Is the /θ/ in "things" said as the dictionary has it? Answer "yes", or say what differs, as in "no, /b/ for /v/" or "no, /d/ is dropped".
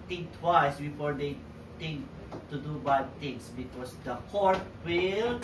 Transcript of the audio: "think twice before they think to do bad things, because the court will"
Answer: no, /t/ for /θ/